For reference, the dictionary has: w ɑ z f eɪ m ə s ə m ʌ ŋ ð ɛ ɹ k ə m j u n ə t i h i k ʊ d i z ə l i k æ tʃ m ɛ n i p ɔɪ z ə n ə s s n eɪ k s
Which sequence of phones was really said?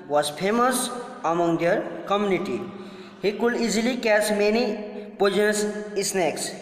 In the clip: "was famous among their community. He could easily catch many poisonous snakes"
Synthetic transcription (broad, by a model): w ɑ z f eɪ m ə s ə m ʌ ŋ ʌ ɹ k ə m j u n ə t i h i k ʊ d i z ə l i k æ s m ɛ n i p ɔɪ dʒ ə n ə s s n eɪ k s